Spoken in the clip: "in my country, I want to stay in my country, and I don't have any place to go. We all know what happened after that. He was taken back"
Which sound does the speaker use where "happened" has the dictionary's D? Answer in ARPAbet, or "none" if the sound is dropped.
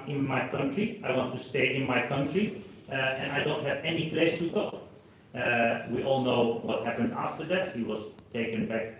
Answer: D